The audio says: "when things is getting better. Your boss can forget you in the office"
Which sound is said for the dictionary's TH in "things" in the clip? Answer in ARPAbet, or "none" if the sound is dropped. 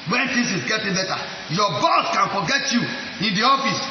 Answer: T